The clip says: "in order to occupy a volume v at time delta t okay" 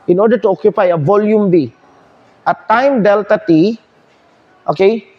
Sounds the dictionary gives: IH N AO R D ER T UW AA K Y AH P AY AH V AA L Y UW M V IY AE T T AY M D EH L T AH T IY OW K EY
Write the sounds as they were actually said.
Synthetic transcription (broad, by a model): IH N AO R D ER T UW AA K Y AH P AY AH V AA L Y UW M B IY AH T T AY M D EH L T AH T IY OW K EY